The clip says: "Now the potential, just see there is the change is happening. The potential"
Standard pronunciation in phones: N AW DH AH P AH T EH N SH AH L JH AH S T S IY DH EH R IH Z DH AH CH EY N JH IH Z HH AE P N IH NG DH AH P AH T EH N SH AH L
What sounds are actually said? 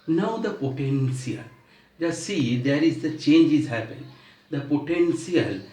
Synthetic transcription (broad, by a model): N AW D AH P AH T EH N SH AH L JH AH S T S IY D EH R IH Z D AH CH EY N JH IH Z HH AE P IH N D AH P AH T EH N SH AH L